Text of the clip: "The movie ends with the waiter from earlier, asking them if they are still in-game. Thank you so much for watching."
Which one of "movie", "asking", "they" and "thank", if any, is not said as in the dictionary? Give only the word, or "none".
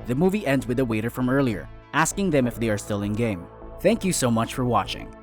none